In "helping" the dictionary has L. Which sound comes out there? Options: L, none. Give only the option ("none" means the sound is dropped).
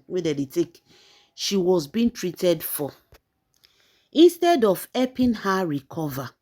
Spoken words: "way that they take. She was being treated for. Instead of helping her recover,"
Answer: none